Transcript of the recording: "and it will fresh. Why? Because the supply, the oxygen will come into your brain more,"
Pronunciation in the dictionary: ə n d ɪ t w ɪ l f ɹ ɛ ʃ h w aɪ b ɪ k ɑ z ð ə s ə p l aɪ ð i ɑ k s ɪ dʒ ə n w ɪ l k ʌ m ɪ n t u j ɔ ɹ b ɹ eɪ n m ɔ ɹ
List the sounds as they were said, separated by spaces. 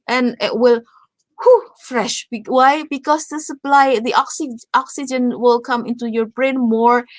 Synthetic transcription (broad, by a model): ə n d ɪ t w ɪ l f ɹ ɛ ʃ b w aɪ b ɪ k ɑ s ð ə s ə p l aɪ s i ɑ k s ɪ dʒ ə n w ɪ l k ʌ m ɪ n t u j ɔ ɹ b ɹ eɪ n m ɔ ɹ